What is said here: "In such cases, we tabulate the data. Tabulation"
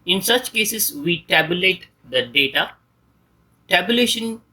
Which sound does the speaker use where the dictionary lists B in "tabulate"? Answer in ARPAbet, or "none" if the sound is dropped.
B